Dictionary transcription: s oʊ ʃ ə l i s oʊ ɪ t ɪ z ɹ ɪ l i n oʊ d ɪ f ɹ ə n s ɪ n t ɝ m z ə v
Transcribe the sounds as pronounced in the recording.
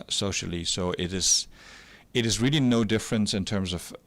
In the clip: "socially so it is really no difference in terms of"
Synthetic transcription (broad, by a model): s oʊ ʃ l i s oʊ ɪ t ɪ z ɹ ɪ l i n oʊ d ɪ f ɹ ə n s ɪ n t ɝ m z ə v